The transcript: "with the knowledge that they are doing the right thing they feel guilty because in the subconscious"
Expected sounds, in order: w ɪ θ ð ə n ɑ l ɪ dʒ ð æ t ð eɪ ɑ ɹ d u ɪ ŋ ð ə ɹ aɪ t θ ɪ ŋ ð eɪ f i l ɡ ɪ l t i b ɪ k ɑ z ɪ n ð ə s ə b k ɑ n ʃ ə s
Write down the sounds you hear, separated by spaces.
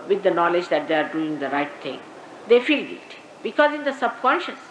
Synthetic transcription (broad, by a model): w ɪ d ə n ɑ l ɪ dʒ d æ t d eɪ ɑ ɹ d u ɪ ŋ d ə ɹ aɪ t t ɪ ŋ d eɪ f i l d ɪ t b ɪ k ɑ z ɪ n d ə s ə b k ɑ n ʃ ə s